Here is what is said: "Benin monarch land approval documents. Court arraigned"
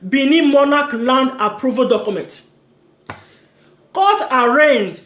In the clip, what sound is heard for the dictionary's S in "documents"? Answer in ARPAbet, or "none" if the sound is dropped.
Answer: none